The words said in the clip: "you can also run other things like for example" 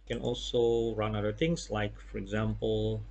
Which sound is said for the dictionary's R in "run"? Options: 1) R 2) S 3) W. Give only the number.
1